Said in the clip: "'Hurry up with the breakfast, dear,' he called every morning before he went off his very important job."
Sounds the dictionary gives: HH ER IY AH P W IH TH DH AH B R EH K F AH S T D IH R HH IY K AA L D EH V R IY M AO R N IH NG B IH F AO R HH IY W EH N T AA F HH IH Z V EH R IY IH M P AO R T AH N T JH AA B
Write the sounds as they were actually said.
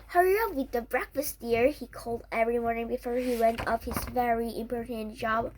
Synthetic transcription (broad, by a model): HH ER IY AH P W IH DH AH B R EH K F AH S T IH R HH IY K AA L D EH V R IY M AO R N IH NG B IH F AO R HH IY W EH N T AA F HH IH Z V EH R IY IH M P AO R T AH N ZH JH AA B